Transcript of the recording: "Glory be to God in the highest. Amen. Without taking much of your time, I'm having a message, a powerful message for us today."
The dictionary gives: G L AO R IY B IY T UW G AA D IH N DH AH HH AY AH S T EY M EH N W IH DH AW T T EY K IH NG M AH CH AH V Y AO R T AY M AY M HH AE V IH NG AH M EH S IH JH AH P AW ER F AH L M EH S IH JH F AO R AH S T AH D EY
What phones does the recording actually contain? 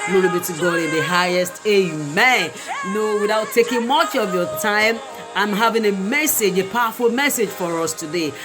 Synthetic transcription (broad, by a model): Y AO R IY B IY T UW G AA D IH N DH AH HH AY AH S T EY M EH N W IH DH AW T T EY K IH NG M AH CH AH V Y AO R T AY M AY M HH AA V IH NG AH M EH S IH JH AH P AW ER F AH L M EH S IH JH F AO R AH S T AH D EY